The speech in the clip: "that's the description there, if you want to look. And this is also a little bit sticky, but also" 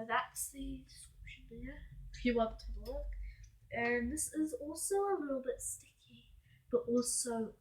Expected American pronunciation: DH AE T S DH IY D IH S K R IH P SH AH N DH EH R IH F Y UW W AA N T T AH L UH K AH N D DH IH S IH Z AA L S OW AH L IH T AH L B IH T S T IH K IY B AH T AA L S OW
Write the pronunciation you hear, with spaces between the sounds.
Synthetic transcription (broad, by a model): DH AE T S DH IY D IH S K IH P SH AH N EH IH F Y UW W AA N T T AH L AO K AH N DH IH S IH Z AA L S OW AH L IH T L B IH T S T IH K IY B AH T AA L S OW